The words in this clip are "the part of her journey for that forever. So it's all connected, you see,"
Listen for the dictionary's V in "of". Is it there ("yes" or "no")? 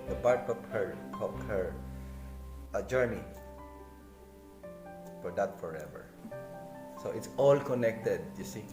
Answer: no